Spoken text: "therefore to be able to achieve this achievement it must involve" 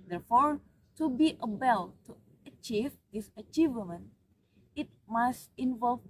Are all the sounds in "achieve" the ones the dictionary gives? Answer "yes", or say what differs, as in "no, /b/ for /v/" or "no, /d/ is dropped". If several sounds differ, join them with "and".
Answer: yes